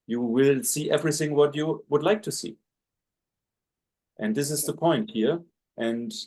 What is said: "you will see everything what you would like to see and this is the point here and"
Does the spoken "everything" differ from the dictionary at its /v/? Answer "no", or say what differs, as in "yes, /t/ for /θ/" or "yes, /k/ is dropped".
no